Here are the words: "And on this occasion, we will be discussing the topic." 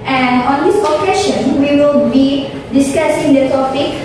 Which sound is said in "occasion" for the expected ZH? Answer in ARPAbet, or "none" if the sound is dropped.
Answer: SH